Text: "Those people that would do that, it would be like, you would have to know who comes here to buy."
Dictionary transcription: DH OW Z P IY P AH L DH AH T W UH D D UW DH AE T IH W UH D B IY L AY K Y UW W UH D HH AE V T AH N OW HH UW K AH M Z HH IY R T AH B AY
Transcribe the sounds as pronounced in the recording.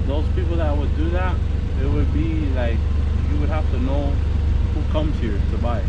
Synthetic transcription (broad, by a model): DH OW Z P IY P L DH AH T W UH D D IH DH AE T IH W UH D B IY L AY K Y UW W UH D HH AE F T AH N OW HH UW K AH M Z HH IY R T AH B AY